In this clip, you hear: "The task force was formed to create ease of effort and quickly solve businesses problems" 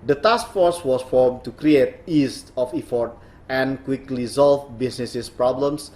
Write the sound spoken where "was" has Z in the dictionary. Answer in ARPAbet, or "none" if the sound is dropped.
S